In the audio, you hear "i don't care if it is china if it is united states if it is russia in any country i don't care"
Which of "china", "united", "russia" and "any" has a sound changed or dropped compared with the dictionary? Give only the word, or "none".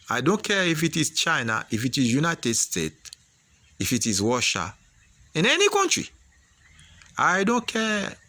russia